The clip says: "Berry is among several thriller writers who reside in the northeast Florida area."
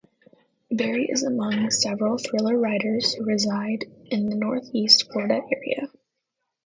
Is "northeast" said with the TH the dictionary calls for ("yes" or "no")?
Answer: yes